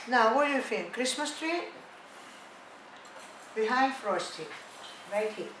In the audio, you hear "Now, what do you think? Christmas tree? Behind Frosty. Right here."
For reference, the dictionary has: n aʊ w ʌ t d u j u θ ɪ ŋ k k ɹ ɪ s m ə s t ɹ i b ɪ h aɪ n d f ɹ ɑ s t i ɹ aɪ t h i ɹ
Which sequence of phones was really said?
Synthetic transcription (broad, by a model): n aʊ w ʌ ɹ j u f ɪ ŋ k k ɹ ɪ s m ə s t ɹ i b ɪ h aɪ n d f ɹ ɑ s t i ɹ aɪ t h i